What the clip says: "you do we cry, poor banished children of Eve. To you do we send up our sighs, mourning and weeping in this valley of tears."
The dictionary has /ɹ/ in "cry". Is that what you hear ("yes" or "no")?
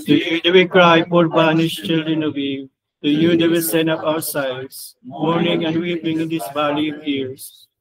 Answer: yes